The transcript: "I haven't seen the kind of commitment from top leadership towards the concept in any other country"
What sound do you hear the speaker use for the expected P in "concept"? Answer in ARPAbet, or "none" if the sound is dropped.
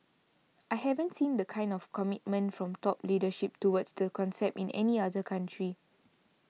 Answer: P